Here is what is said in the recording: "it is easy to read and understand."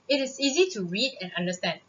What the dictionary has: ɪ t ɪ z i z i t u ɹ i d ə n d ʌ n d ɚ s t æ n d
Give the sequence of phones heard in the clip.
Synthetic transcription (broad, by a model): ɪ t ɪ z i z i t u ɹ i d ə n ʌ n d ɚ s t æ n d